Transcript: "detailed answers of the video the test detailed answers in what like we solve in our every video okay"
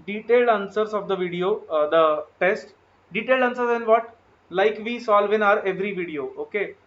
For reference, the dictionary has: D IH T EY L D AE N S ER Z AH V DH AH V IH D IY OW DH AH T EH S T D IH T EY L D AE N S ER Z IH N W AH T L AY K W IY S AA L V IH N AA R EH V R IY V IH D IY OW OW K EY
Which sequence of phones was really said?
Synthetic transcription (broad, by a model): D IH T EY L D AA N S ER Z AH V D AH V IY D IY OW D AH T EH S T D IH T EY L D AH N S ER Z IH N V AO T L AY K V IY S AA L V IH N AA R EH V R IY V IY D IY OW OW K EY